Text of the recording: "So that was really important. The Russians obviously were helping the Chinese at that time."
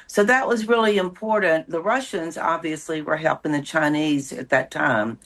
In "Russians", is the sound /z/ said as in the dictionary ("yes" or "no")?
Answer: yes